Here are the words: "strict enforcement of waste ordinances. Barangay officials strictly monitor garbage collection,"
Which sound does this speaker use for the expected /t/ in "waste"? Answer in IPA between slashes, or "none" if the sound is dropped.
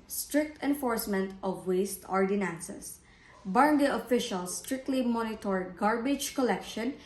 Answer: /t/